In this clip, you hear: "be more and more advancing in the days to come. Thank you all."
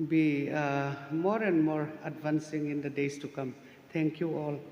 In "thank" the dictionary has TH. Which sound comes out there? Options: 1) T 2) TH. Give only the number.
1